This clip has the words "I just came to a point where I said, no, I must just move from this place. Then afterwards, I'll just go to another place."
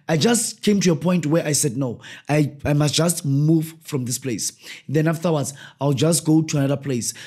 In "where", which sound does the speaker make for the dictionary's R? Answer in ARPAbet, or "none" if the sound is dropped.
R